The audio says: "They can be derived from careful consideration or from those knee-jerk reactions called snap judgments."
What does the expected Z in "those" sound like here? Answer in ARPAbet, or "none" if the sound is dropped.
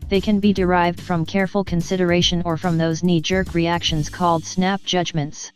Z